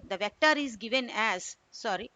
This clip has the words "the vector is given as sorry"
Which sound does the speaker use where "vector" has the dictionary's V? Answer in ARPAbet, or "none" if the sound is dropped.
V